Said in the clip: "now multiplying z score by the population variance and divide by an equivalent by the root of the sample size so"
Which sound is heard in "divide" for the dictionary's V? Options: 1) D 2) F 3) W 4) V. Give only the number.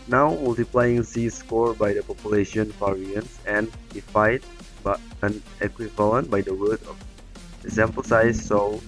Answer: 2